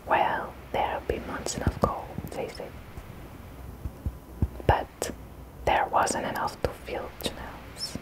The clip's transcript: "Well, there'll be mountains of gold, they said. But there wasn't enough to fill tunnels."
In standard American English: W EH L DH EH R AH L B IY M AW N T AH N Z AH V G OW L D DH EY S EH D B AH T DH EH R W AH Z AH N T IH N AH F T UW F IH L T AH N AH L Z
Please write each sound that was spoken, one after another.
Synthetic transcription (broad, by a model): W EH L DH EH R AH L B IY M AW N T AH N AH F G OW L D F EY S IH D B AH T DH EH R W AH Z AH N T IH N AH F T UW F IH L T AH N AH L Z